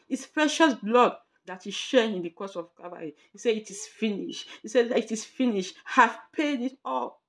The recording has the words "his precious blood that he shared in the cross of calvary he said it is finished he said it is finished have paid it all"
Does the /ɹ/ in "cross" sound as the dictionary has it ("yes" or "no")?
no